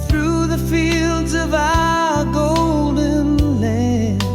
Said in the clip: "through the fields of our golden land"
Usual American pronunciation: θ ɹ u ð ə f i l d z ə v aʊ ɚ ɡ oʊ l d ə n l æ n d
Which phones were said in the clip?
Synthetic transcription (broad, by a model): θ ɹ u ð ə f i l d z ə v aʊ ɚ ɡ oʊ l d ə n l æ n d